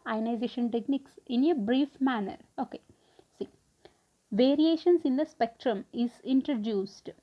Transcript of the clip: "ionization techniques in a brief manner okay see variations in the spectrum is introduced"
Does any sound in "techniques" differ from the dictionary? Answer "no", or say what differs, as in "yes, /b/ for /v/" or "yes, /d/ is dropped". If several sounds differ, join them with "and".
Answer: no